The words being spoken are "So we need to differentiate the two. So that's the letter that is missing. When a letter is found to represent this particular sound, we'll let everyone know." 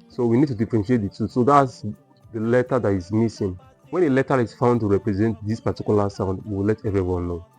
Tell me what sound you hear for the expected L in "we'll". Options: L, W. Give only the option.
W